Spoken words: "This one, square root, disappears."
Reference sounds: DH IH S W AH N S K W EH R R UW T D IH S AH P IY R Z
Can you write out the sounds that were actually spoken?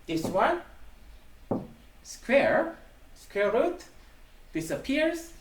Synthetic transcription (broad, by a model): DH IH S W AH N S K W EH R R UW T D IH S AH P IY R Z